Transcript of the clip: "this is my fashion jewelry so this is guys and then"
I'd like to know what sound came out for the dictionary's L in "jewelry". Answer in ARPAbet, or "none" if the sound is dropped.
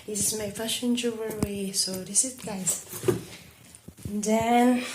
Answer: W